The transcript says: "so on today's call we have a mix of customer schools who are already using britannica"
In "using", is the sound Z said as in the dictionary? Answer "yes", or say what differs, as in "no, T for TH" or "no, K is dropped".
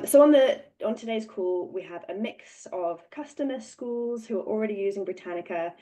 yes